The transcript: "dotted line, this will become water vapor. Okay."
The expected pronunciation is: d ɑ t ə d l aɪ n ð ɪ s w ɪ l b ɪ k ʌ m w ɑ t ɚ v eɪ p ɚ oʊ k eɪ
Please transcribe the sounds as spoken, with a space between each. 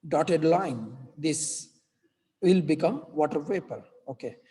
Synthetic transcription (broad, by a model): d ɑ t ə d l aɪ n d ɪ s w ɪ l b ɪ k ʌ m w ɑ t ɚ p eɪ p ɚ oʊ k eɪ